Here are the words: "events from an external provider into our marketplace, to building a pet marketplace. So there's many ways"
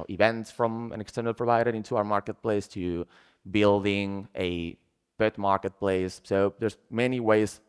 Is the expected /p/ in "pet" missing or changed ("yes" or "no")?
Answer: yes